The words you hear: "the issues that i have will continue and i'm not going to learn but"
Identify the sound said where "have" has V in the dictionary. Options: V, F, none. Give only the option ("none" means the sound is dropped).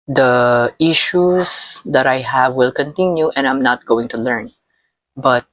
V